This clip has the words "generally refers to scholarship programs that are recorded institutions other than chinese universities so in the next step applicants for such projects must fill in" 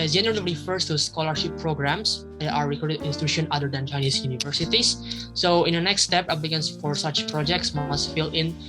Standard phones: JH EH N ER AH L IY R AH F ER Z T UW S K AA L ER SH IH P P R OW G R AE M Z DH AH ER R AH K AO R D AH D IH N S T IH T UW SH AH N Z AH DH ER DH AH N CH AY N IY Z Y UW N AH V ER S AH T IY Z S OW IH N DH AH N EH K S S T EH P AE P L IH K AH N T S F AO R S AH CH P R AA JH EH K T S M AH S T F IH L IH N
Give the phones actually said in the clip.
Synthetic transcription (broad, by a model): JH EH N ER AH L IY F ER S T UW S K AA L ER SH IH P P R OW G R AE M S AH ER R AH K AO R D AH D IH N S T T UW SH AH N AH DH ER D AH N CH AY N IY S Y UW N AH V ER S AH T IY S S OW IH N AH N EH K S S T EH P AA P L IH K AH N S F AO R S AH CH P R AA JH EH K T S M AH S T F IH L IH N